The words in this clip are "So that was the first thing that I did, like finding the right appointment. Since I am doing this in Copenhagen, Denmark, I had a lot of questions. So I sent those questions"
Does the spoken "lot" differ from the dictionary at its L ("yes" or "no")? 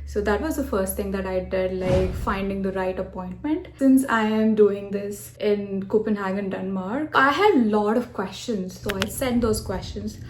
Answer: no